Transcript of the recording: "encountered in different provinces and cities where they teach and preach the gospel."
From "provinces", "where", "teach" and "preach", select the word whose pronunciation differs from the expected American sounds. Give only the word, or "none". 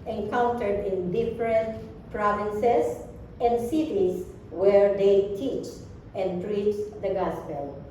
provinces